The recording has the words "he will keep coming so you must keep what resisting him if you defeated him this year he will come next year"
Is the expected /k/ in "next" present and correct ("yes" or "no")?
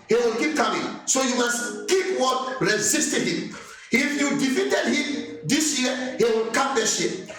no